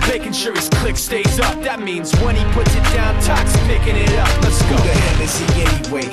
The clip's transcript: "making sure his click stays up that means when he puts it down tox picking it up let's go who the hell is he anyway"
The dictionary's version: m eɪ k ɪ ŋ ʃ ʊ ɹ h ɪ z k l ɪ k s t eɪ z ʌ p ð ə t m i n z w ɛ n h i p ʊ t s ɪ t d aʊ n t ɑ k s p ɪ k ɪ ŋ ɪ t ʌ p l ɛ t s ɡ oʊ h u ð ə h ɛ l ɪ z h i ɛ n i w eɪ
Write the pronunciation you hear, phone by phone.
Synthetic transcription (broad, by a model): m eɪ k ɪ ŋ ʃ ʊ ɹ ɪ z k l ɪ k s t eɪ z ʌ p ð ə t m i n z w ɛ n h i p ʊ t s ɪ t d aʊ n t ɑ k s p ɪ k ɪ ŋ ɪ t ʌ p n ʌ s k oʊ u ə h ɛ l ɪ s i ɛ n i w eɪ